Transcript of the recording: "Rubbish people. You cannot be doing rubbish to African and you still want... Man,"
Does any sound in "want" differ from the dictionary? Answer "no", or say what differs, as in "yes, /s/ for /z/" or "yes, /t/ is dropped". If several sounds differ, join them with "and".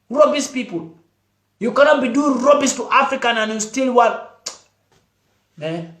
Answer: yes, /n/ is dropped